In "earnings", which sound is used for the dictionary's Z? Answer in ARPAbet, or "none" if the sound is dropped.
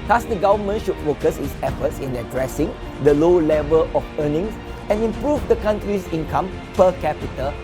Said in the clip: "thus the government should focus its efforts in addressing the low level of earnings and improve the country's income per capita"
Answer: S